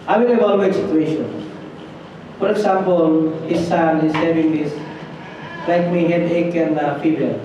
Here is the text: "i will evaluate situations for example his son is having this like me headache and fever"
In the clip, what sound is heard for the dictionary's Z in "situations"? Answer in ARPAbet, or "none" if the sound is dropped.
none